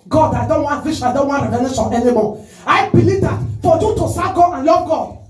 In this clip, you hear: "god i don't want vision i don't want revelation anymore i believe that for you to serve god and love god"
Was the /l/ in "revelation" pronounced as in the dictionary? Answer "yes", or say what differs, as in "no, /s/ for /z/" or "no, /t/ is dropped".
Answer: no, /n/ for /l/